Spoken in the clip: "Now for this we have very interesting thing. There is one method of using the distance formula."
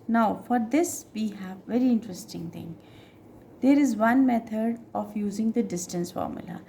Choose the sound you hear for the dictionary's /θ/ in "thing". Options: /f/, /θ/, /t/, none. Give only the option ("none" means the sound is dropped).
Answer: /t/